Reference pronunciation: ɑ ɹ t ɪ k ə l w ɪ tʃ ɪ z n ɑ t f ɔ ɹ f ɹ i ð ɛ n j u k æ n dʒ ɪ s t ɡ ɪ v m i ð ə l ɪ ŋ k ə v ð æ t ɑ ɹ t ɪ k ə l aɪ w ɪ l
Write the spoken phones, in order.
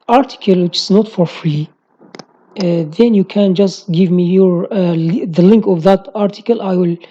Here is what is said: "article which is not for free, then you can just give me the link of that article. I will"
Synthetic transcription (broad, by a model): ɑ ɹ t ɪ k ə l w ɪ tʃ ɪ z n ɑ t f ɔ ɹ f ɹ i ð ɛ n j u k æ n dʒ ɪ s t ɡ ɪ v m i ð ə l ɪ ŋ k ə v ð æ t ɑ ɹ t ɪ k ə l aɪ w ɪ l